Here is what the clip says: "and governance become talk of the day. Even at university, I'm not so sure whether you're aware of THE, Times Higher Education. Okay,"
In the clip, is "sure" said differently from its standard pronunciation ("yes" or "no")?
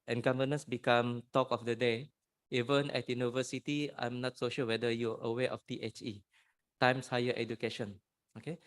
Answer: yes